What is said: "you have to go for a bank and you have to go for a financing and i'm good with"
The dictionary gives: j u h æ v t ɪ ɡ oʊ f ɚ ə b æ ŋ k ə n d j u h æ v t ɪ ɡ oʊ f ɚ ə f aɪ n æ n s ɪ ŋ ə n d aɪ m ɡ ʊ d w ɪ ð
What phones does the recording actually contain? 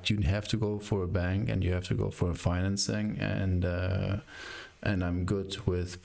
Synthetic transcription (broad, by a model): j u h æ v t ɪ ɡ oʊ f ɚ ə b æ ŋ k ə n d j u h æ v t ɪ ɡ oʊ f ɚ ə f aɪ n æ n s ɪ ŋ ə n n aɪ m ɡ ʊ d w ɪ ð